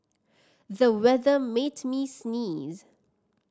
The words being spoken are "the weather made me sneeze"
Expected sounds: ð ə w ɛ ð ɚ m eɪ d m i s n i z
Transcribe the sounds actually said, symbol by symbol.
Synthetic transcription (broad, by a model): ð ə w ɛ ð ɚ m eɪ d m i s n i z